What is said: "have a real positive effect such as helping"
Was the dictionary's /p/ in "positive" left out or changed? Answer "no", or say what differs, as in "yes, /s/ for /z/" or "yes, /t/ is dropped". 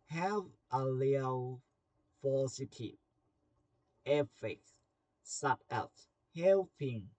yes, /f/ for /p/